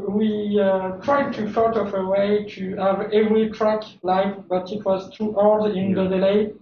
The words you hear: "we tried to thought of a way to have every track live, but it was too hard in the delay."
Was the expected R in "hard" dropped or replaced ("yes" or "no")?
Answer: yes